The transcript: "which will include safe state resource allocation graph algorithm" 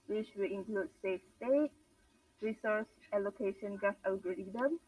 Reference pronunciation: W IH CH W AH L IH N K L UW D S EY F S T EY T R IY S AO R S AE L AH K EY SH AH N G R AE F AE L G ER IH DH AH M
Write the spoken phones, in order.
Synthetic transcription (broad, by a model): W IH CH W AH L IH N K L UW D S EY F S T EY T R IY S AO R S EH L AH K EY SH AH N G AE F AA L G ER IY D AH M